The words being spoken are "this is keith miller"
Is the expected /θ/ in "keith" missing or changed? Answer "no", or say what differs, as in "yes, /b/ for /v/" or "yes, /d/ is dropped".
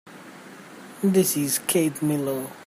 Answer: yes, /t/ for /θ/